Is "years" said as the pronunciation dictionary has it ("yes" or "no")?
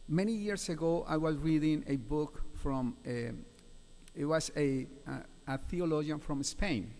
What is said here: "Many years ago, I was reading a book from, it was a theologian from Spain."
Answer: no